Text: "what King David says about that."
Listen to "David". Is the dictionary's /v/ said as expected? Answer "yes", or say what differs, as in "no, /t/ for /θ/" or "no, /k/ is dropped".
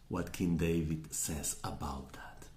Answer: yes